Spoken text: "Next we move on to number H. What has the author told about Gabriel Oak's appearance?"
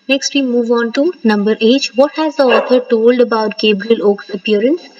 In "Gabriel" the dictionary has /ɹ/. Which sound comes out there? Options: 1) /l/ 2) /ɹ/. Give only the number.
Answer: 2